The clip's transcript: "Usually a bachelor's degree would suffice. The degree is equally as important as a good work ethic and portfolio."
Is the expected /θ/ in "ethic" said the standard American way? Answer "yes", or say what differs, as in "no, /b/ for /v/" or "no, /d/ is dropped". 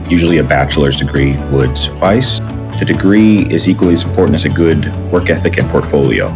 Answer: yes